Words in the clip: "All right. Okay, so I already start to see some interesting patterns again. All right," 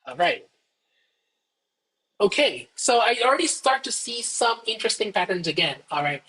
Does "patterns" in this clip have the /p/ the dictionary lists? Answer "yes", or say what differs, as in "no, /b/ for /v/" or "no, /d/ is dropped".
yes